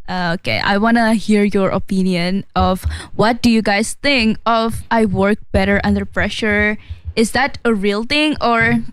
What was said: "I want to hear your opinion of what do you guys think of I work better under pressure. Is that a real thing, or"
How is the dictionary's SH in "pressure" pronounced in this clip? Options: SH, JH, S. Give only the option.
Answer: SH